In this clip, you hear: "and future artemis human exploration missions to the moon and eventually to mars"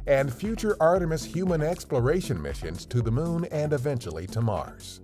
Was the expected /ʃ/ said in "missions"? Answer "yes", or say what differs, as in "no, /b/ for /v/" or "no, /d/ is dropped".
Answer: yes